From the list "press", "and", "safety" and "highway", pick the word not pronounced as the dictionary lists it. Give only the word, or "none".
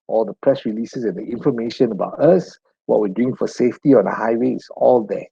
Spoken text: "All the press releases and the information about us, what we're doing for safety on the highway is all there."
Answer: none